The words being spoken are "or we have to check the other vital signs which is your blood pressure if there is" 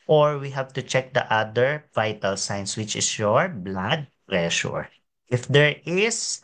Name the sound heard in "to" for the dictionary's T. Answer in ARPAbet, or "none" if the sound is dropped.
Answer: T